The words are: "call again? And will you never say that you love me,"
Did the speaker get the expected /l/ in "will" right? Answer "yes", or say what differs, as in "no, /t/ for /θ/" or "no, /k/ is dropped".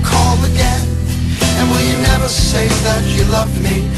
no, /n/ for /l/